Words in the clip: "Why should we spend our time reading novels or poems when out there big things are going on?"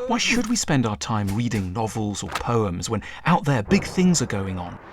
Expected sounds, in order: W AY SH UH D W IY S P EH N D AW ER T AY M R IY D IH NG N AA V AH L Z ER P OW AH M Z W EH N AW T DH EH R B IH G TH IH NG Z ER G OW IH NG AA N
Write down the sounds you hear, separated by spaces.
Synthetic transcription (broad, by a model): W AY SH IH D W IY S P EH N D AW ER T AY M R IY D IH NG N AA V AH L Z ER P OW AH M Z W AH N AW T DH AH R B IH G TH IH NG Z ER G OW IH NG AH N